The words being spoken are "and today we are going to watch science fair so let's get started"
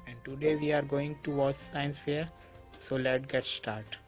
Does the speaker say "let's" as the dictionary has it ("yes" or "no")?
no